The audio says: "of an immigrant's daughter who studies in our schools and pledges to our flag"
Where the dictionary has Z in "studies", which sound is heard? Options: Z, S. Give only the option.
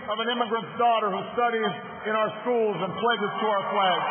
Z